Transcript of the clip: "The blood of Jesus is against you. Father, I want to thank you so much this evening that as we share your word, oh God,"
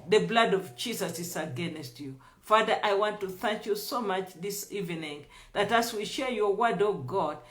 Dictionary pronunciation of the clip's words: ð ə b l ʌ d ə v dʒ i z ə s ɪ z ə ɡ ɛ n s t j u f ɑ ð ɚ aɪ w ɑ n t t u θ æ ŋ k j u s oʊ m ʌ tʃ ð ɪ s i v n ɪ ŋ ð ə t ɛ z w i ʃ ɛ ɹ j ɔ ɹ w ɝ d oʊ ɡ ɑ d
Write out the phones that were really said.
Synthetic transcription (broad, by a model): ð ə b l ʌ d ə v dʒ i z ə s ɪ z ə ɡ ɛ n s t j u f ɑ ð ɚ aɪ w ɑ n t t u θ æ ŋ k j u s oʊ m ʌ tʃ ð ɪ s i v n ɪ ŋ ð ə t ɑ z w i ʃ ɛ ɹ j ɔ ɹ w ɝ d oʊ ɡ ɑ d